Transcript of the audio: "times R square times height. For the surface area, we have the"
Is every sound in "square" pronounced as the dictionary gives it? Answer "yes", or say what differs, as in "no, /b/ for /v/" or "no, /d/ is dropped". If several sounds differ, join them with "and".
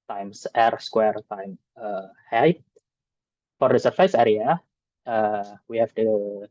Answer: yes